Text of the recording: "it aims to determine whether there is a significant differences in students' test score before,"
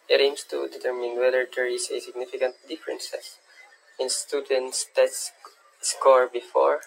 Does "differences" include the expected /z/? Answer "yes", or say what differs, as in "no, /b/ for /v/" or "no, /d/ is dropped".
no, /s/ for /z/